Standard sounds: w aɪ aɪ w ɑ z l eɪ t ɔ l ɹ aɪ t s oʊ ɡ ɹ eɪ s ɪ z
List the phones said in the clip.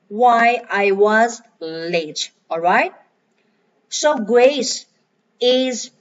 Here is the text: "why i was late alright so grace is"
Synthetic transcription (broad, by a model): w aɪ aɪ w ɑ z l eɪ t ɔ l ɹ aɪ t s oʊ ɡ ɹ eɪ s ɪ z